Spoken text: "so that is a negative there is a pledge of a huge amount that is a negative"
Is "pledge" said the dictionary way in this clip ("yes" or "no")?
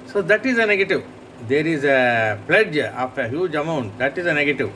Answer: yes